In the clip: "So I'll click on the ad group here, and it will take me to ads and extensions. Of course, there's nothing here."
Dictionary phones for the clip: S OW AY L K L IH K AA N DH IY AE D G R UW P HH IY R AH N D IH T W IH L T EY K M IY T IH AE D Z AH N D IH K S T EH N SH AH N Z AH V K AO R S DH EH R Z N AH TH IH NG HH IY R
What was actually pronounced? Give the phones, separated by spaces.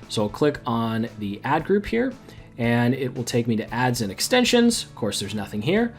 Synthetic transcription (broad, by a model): S OW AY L K L IH K N DH IY AE D G R UW P HH IY R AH N IH T W IH L T EY K M IY T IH AE D Z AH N IH K S T EH N SH AH N Z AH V K AO R S DH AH R Z N AH TH IH NG HH IY R